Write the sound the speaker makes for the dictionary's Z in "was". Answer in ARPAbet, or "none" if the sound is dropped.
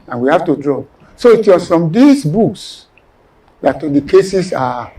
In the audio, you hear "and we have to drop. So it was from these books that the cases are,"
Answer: S